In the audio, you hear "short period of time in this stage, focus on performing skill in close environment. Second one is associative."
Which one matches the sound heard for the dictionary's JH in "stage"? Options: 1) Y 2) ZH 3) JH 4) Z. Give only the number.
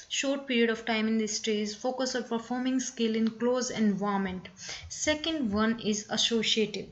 4